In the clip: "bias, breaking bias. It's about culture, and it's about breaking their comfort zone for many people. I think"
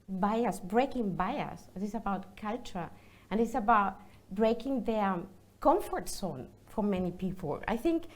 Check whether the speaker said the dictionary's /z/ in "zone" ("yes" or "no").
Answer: no